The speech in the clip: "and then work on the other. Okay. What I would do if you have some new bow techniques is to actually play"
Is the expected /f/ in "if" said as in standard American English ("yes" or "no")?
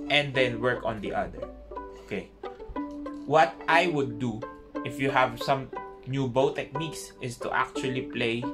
yes